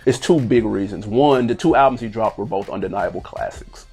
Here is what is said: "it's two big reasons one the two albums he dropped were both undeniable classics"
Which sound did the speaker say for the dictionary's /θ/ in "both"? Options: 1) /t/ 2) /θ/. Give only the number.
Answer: 2